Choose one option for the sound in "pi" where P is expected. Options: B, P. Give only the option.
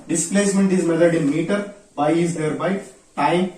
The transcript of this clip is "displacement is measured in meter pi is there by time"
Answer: B